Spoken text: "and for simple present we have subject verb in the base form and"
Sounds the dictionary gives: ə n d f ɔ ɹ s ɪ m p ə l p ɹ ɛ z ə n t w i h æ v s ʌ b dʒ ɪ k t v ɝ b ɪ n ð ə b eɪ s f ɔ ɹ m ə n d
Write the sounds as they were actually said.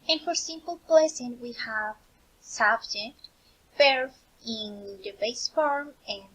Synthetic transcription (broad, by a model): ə n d f ɔ ɹ s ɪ m p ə l p l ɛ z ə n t w i h æ v s ʌ b dʒ ɪ k t b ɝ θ ɪ n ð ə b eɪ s f ɔ ɹ m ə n